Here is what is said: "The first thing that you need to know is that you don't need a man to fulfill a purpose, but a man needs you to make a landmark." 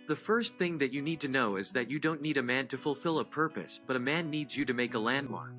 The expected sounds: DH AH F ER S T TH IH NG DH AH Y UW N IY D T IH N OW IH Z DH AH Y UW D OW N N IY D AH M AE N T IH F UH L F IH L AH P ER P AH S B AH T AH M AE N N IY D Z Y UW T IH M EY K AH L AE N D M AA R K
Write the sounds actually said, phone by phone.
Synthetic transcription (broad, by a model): DH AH F ER S T TH IH NG DH AH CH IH N IY D T IH N OW IH Z DH AH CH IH D OW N N IY D AH M AE N T IH F UH L F IH L AH P ER P AH S B AH T AH M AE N N IY D Z Y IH T IH M EY K AH L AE N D M AA R K